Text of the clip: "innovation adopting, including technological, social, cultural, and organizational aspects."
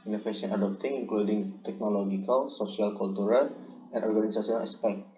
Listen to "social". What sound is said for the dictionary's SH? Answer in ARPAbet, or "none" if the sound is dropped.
S